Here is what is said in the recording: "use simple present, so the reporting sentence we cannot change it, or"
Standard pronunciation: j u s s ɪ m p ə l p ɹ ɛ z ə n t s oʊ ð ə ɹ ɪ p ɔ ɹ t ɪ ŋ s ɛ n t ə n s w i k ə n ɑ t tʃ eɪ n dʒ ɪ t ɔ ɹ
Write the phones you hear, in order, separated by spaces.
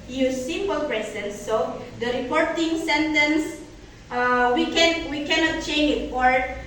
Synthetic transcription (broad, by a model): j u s s ɪ m p ə l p ɹ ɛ s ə n s oʊ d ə ɹ ɪ p ɔ ɹ t ɪ ŋ s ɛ n t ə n s w i k ə n ɑ t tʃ eɪ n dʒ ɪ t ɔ ɹ